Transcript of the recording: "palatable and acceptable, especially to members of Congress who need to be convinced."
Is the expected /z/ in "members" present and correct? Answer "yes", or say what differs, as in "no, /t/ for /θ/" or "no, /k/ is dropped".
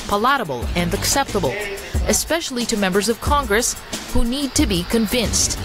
yes